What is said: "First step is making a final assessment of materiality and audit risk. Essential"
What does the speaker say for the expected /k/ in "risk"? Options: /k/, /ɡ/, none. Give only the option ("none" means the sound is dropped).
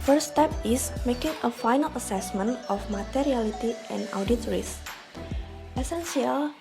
none